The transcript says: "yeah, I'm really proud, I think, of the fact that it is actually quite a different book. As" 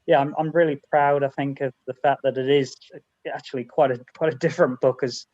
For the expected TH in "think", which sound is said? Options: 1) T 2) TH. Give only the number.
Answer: 2